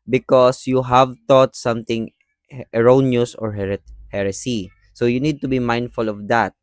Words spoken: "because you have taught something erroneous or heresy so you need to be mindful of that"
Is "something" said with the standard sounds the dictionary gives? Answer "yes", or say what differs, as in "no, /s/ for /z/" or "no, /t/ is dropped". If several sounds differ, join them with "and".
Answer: no, /t/ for /θ/